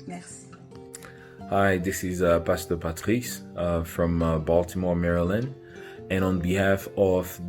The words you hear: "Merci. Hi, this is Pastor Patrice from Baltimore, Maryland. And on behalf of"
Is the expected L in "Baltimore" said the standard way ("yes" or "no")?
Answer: yes